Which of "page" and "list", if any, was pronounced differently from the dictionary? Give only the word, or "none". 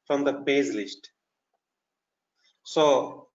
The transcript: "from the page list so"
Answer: page